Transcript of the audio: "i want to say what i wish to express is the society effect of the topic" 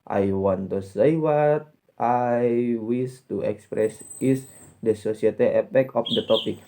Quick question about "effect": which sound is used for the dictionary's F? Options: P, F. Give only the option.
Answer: P